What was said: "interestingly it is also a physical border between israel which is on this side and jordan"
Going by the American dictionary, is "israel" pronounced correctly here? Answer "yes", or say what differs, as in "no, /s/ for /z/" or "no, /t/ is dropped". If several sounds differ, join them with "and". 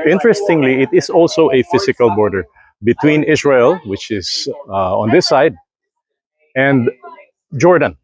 no, /s/ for /z/